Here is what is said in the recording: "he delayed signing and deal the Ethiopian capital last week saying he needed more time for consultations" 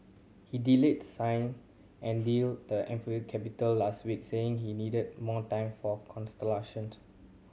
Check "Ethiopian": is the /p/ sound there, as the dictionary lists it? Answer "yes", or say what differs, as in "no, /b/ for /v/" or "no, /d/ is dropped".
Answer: no, /f/ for /p/